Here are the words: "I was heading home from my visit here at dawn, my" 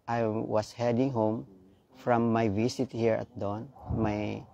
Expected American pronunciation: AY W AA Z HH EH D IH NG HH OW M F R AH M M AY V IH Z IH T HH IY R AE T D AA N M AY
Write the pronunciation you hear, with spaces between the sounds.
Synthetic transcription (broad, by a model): AY W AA S HH EH D IH NG HH OW M F R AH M M AY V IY S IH T HH IY R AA T D AA N M AY